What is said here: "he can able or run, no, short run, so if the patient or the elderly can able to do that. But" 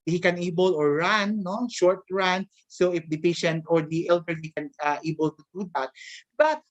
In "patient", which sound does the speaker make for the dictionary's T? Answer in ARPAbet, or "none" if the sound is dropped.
T